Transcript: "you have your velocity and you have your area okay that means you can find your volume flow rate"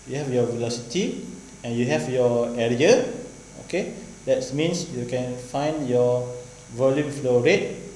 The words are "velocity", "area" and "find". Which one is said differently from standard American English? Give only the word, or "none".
none